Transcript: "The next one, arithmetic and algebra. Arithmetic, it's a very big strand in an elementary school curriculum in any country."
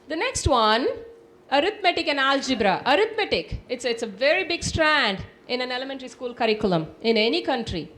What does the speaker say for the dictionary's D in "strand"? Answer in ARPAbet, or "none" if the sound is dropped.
D